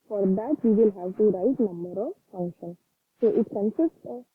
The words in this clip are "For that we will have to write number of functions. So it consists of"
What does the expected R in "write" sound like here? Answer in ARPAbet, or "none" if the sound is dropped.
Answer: R